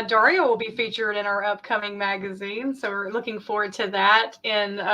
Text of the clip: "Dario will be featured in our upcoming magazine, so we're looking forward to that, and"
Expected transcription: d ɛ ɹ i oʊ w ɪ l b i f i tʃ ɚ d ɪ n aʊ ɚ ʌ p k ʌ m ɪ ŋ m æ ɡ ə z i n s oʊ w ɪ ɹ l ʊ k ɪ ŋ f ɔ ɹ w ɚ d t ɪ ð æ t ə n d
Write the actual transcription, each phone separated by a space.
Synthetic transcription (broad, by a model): d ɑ ɹ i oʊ w ɪ l b i f i tʃ ɚ d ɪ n aʊ ɚ ʌ p k ʌ m ɪ ŋ m æ ɡ ə z i n s oʊ w ɪ ɹ l ʊ k ɪ ŋ f ɔ ɹ w ɚ d t ɪ ð æ t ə n